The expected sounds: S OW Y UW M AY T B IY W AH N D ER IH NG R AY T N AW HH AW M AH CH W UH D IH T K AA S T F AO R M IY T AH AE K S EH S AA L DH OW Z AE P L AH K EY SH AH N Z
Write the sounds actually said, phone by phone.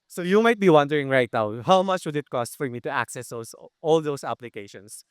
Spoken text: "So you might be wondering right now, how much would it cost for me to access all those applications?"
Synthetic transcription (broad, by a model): S OW Y UW M AY T B IY W AH N D ER IH NG R AY T N AW HH AW M AH CH W UH D IH T K AA S T F AO R M IY T AH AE K S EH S AA L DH OW S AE P L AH K EY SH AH N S